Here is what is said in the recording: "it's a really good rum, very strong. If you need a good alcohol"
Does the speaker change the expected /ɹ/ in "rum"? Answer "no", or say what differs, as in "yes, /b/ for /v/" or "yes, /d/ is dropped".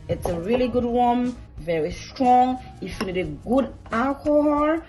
yes, /w/ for /ɹ/